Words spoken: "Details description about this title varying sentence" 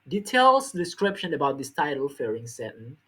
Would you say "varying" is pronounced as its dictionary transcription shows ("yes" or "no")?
no